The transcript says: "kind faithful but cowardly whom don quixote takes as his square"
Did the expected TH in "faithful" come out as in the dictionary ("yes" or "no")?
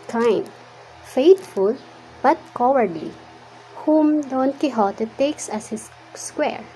no